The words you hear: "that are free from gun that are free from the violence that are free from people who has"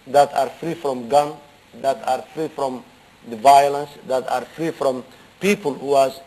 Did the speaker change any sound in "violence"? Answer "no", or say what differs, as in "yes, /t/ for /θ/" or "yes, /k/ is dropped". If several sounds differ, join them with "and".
no